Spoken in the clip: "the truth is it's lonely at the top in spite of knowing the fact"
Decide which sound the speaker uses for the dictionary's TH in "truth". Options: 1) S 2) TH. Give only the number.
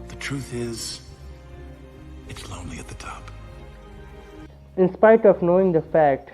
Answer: 2